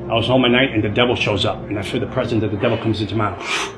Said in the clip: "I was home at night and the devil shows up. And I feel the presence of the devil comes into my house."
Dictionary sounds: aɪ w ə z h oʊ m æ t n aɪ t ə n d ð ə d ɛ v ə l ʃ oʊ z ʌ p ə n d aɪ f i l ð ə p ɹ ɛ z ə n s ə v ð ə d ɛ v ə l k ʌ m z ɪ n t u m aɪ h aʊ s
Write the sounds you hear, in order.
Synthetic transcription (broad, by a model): aɪ w ə z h oʊ m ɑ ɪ n aɪ t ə n ð ə d ɛ v l ʃ oʊ z ʌ p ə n aɪ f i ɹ ð ə p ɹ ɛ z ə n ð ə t ð ə d ɛ v l k ʌ m z ɪ n t u m aɪ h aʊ